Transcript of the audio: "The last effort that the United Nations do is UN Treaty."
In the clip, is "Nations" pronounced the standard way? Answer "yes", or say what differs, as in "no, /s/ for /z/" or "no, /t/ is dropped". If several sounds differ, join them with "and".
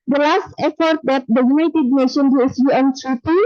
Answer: no, /z/ is dropped